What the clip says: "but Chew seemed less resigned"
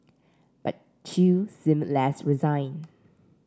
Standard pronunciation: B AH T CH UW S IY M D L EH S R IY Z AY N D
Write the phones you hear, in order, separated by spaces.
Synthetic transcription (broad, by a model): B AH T CH UW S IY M L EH S R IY Z AY N